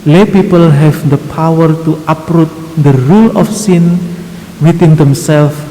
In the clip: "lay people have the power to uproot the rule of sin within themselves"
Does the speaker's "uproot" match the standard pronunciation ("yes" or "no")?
yes